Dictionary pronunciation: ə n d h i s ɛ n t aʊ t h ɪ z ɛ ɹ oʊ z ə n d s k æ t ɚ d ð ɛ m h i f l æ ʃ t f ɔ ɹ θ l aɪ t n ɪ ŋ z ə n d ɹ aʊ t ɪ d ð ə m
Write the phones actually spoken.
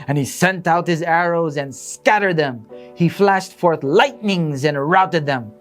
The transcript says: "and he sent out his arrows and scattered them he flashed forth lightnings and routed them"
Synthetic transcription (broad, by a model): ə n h i s ɛ n t aʊ t h ɪ z ɛ ɹ oʊ z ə n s s k æ t ɚ d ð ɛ m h i f l æ ʃ t f ɔ ɹ θ l aɪ t n ɪ ŋ z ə n ɹ aʊ t ɪ d ð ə m